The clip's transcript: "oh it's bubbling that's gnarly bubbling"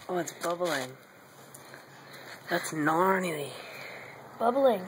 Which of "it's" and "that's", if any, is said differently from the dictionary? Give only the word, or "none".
none